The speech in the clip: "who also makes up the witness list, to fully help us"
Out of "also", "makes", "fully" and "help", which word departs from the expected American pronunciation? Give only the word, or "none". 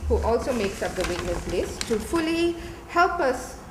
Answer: none